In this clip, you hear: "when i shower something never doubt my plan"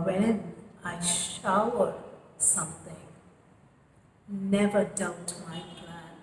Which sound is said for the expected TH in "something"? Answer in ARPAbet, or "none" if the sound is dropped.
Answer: TH